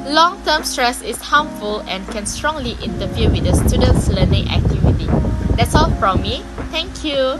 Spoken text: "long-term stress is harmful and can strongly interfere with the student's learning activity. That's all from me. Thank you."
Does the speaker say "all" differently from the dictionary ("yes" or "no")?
no